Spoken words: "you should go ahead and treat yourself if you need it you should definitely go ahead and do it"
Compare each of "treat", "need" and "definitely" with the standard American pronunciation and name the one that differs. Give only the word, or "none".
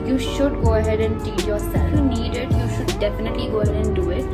treat